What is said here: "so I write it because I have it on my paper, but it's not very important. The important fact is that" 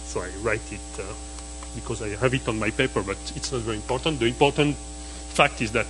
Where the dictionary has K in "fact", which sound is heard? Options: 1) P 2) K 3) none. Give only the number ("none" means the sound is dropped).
2